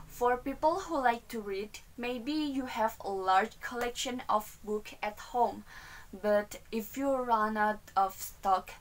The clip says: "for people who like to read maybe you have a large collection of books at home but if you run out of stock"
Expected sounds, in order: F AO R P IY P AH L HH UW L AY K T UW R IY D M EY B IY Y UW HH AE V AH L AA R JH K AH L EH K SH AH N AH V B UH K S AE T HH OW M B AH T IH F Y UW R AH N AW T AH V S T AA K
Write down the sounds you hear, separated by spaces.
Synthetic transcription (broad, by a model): F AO R P IY P AH L HH UW L AY K T UW R IY D M EY B IY Y UW HH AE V AH L AA R JH K AH L EH K SH AH N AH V B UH K AE T HH OW M B AH T IH F Y UW R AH N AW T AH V S T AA K